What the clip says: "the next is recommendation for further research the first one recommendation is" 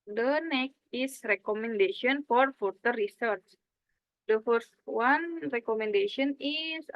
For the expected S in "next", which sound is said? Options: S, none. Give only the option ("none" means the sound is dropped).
none